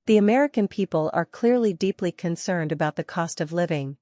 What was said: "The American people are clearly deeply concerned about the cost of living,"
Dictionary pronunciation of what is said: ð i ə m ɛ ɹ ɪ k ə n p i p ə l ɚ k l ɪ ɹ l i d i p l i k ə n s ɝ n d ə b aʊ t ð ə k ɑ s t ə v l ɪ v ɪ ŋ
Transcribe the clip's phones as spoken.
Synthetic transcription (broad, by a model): ð i ə m ɛ ɹ ɪ k ə n p i p ə l ɚ k l ɪ ɹ l i d i p l i k ə n s ɝ n d ə b aʊ t ð ə k ɑ s t ə v l ɪ v ɪ ŋ